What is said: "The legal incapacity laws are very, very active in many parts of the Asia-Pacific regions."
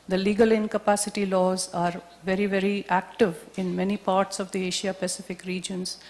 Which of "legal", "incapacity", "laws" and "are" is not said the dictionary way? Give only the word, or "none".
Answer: none